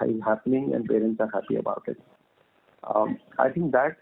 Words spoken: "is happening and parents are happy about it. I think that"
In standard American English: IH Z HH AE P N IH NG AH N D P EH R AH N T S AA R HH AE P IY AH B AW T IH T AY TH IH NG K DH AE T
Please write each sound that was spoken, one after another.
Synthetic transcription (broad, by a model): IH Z HH AE P N IH NG AH N D P EH R AH N T S AA R HH AE P IY AH B AW T IH T AY T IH NG K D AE T